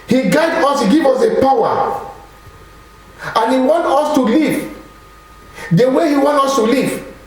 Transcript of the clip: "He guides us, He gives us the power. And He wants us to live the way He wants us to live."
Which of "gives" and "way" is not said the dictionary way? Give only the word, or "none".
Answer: gives